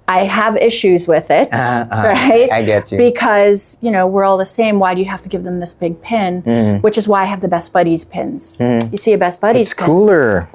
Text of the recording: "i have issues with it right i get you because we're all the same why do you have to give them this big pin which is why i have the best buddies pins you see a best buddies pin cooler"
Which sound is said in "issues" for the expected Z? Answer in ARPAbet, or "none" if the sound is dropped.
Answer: Z